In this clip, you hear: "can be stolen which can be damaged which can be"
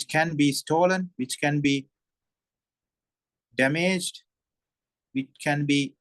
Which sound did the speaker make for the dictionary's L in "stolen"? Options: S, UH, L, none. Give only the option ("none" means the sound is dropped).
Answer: L